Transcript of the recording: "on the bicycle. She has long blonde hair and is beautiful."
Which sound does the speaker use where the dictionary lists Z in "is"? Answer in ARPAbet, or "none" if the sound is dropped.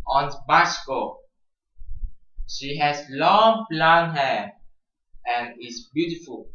S